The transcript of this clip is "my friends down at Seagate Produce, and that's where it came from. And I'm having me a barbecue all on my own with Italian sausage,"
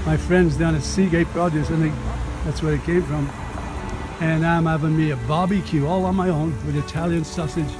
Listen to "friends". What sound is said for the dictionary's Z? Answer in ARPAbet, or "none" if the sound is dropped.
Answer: Z